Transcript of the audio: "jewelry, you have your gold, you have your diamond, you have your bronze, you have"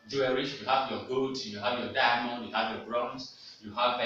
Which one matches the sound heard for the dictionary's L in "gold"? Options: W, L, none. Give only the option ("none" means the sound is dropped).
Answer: none